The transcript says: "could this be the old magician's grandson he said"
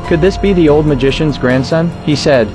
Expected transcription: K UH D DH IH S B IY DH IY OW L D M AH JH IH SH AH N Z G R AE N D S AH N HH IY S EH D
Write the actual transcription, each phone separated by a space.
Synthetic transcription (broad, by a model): K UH D DH IH S B IY DH IY OW L D M AH JH IH SH AH N Z G R AE N D S AH N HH IY S EH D